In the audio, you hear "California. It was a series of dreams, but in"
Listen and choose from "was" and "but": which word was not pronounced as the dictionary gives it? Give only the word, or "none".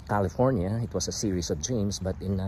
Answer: was